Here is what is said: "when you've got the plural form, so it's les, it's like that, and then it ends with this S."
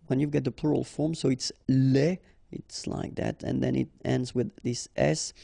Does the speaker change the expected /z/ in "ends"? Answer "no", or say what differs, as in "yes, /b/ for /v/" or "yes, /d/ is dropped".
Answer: no